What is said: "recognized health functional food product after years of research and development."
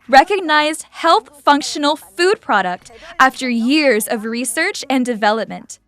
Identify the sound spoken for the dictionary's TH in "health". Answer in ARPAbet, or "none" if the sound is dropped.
TH